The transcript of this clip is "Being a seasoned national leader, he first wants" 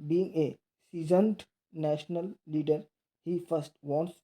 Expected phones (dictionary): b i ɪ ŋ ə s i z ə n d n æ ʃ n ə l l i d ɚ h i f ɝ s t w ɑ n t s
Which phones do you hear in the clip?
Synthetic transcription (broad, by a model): b i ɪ ŋ ə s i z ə n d n æ ʃ n ə l l i d ɚ h i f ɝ s t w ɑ n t s